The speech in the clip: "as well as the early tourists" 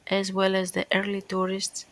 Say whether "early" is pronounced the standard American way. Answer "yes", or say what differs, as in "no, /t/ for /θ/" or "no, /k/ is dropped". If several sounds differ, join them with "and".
yes